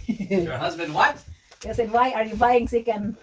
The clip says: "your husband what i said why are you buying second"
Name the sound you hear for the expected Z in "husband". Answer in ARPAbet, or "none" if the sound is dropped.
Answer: Z